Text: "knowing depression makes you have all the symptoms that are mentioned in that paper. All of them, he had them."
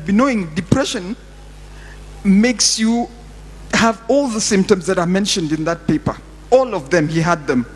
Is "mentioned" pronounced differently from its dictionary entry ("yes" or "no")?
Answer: no